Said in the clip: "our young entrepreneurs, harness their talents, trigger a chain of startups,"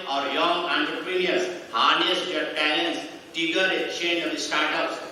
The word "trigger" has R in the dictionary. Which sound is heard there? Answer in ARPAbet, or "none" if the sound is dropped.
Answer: none